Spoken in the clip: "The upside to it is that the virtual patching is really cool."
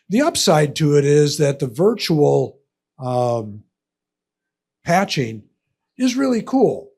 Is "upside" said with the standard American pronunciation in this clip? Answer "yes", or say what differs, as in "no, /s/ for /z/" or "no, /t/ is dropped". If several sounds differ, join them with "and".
yes